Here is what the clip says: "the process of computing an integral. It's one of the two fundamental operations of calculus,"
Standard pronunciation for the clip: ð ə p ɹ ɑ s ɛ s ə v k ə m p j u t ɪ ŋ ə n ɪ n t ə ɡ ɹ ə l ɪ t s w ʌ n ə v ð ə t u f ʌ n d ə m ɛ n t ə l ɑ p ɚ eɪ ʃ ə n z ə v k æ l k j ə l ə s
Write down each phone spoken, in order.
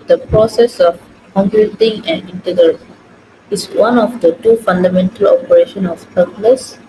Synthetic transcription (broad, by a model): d ə p ɹ ɑ s ɛ s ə f k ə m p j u t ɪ ŋ ə n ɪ n t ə ɡ ɹ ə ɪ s w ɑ n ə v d ə t u f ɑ n d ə m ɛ n t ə l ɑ p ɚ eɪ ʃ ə n ə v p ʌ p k l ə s